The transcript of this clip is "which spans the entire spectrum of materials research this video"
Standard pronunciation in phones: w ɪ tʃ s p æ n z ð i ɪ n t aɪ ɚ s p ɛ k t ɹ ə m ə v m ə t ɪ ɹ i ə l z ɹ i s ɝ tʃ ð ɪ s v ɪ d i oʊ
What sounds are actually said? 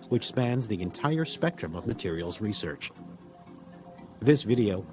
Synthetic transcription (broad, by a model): w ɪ tʃ s p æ n z ð i ɪ n t aɪ ɚ s p ɛ k t ɹ ə m ə v m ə t ɪ ɹ i l z ɹ i s ɝ tʃ ð ɪ s v ɪ d i oʊ